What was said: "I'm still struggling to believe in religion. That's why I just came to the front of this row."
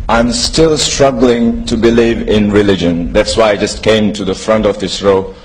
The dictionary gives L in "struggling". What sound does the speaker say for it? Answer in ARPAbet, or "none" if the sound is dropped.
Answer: L